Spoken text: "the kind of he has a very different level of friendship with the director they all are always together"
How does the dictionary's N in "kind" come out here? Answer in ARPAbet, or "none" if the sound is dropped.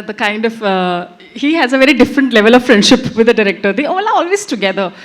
N